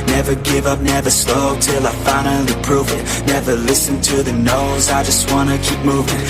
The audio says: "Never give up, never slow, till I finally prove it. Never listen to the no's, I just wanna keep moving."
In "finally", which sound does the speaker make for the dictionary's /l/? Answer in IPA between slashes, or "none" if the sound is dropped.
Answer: none